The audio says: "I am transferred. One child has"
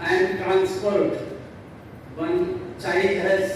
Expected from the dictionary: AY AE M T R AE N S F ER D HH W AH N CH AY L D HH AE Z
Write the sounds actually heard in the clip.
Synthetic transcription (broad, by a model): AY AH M T R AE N S P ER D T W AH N CH AY D HH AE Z